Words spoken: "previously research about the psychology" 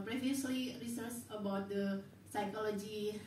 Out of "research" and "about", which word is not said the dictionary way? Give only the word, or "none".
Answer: research